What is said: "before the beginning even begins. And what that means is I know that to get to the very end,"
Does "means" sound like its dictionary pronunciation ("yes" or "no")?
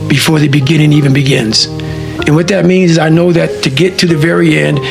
yes